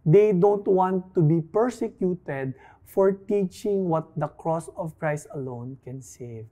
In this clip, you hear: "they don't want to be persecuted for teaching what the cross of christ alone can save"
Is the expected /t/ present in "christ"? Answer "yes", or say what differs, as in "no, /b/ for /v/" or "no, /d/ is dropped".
yes